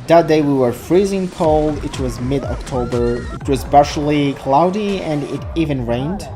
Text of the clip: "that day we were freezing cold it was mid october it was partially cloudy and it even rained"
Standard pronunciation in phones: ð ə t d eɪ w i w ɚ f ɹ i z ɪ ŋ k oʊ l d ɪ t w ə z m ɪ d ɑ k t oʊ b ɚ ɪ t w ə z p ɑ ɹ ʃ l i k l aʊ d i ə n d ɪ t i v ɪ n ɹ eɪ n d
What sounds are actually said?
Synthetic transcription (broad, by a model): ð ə t d eɪ w i w ɚ f ɹ i z ɪ ŋ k oʊ l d ɪ t w ə z m ɪ d ɑ k t oʊ b ɚ ɪ t w ə z b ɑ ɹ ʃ l i k l aʊ d i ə n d ɪ t i v ɪ n ɹ eɪ n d